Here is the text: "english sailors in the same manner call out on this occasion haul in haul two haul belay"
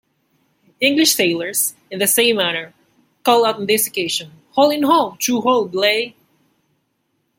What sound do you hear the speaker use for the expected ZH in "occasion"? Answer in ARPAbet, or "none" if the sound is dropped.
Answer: SH